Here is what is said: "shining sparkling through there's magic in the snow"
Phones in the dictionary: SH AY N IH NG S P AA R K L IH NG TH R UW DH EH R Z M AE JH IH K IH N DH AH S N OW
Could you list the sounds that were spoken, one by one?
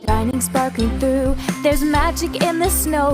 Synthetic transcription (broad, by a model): AY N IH NG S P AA R K IH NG TH R UW DH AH R Z M AE JH IH K IH N DH AH S N OW